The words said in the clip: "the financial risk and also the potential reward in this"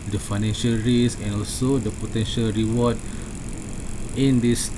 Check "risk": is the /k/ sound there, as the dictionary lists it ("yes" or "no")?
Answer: no